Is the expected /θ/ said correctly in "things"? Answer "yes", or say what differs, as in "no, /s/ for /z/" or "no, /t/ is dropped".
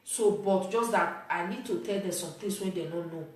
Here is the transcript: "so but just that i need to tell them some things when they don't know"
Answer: no, /t/ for /θ/